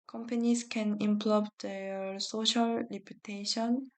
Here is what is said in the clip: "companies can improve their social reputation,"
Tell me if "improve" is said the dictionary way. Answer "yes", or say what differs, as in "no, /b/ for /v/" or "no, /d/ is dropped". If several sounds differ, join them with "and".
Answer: no, /l/ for /ɹ/